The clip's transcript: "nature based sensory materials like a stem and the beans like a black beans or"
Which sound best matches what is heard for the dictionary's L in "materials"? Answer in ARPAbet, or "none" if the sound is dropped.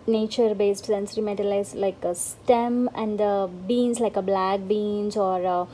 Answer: none